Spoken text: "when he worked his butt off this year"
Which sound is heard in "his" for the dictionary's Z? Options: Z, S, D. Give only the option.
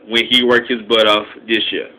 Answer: Z